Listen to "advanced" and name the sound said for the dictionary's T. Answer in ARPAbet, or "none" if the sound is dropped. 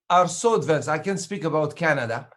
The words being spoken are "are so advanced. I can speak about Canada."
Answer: none